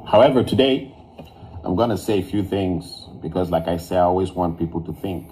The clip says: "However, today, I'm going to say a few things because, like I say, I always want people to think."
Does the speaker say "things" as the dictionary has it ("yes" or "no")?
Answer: yes